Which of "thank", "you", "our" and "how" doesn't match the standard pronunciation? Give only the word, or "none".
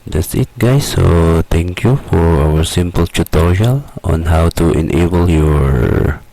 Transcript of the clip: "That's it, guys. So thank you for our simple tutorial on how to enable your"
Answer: thank